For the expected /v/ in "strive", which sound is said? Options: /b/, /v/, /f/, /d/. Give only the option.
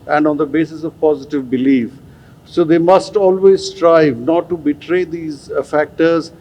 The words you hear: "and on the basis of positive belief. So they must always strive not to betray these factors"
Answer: /v/